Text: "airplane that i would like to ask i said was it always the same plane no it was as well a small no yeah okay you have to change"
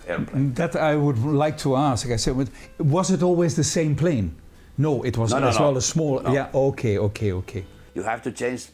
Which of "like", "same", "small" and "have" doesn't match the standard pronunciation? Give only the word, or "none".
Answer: have